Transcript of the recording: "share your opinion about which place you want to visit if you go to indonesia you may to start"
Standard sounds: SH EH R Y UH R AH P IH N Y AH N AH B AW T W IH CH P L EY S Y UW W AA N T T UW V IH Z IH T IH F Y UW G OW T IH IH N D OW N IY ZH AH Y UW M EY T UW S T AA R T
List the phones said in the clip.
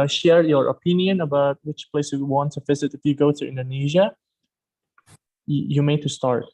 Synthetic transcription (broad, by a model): SH EH R Y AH R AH P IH N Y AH N AH B AW T W IH CH P L EY S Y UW W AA N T T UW V IH Z IH T IH F Y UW G OW T IH IH N D OW N IY ZH AH Y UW M EY T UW S T AA R T